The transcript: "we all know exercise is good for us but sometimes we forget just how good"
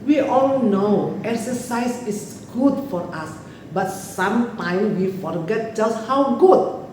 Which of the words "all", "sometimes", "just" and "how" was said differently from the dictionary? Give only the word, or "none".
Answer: sometimes